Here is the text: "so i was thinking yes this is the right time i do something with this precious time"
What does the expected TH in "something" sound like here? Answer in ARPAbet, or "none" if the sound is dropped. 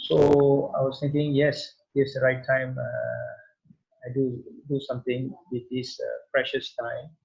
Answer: T